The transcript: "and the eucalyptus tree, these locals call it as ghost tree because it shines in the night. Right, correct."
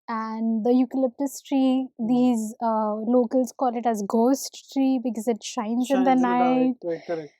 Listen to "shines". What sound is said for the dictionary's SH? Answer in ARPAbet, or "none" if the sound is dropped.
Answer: SH